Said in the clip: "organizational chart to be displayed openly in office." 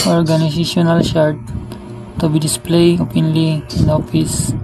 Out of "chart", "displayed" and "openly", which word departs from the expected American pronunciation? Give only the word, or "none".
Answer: chart